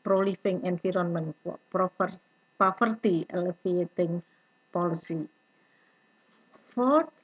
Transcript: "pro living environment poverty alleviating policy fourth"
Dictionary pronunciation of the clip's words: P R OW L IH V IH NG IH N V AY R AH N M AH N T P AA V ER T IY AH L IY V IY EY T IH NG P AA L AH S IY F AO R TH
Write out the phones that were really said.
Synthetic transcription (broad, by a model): P R OW L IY F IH NG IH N F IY R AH N M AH N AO P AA F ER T IY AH L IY F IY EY T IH NG P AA L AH S IY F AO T